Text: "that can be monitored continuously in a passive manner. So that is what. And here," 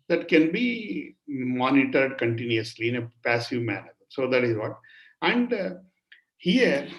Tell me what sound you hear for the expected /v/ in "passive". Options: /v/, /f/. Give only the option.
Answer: /v/